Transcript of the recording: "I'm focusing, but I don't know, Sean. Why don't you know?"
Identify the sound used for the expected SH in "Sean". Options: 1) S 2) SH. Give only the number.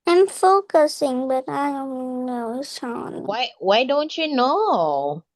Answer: 1